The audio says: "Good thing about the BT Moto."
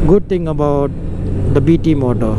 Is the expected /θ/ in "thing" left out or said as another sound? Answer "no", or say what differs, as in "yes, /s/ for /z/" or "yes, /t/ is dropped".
yes, /t/ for /θ/